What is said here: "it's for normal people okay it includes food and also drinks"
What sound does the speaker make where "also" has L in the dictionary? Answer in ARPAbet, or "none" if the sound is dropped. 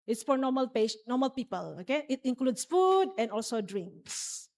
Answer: L